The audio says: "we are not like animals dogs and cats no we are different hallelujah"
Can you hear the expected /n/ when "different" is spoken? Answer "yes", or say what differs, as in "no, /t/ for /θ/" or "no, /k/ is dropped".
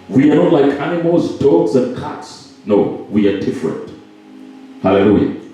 yes